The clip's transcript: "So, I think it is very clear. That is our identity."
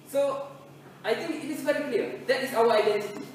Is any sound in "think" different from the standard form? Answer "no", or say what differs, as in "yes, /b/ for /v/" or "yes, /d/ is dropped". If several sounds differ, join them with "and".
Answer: yes, /t/ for /θ/